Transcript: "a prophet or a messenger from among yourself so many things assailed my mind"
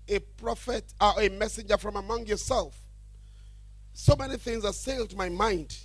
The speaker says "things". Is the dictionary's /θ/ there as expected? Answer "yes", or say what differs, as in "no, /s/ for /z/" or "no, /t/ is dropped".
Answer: yes